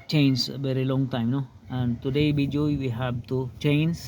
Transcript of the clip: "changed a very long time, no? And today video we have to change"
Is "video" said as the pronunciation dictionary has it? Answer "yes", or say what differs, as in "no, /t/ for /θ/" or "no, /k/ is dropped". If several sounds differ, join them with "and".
no, /b/ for /v/